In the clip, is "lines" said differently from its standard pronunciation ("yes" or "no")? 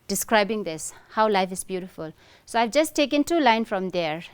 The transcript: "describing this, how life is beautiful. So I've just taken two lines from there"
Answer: yes